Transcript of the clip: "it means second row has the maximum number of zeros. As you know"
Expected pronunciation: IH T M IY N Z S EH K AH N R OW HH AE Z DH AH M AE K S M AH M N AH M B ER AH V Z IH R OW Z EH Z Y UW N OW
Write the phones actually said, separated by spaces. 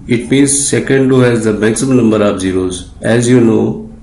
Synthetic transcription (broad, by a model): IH T M IY N Z S EH K AH N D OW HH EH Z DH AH M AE K S AH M N AH M B ER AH P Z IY R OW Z EH Z Y UW N OW